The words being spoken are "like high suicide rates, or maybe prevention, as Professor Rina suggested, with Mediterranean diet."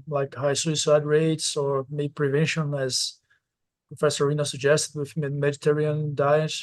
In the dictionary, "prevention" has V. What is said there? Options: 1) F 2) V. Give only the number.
2